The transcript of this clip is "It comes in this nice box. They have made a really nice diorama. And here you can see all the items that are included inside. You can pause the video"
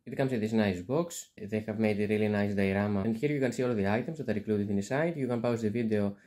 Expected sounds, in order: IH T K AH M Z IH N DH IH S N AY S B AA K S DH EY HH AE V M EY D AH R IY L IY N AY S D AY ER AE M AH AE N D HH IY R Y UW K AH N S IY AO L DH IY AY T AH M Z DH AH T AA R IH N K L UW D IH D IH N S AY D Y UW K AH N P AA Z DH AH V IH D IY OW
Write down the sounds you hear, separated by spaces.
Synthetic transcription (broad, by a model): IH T K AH M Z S DH IH S N AY S B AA K S DH EY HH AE V M EY D AH R IY L IY N AY S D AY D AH M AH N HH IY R Y UW K AH N S IY AO L DH IY AY T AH M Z DH AH T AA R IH K L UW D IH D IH N S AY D Y UW K AH N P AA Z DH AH V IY D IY OW